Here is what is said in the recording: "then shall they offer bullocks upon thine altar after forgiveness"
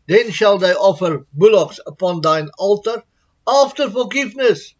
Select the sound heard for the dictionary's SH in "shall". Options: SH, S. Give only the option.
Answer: SH